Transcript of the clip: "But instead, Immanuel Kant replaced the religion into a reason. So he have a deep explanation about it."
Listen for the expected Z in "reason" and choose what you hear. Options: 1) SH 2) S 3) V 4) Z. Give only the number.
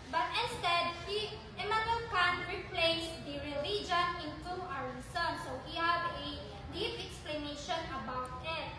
2